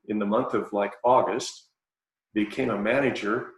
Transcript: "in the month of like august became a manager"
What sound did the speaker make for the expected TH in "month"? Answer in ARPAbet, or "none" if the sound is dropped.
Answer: TH